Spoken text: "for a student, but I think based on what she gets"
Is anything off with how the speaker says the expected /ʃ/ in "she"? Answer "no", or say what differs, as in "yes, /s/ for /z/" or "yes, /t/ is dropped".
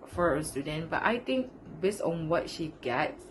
no